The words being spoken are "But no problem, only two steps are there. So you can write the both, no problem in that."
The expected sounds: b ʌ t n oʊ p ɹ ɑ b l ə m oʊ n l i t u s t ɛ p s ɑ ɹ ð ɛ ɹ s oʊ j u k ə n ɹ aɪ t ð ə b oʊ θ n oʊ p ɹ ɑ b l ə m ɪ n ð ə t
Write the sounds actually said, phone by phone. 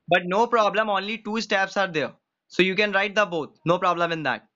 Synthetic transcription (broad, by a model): b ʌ t n oʊ p ɹ ɑ b l ə m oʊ n l i t u s t ɛ p s ɑ ɹ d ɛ ɹ s oʊ j u k ə n ɹ aɪ t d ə b oʊ t n oʊ p ɹ ɑ b l ə m ɪ n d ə t